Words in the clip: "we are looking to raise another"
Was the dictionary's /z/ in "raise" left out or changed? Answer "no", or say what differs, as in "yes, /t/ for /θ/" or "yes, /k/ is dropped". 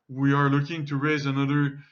no